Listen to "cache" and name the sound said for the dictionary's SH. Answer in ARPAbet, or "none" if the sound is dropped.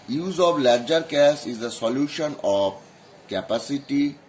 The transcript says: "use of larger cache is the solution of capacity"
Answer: S